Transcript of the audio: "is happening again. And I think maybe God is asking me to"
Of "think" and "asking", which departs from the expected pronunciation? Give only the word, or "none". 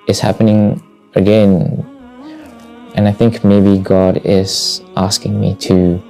none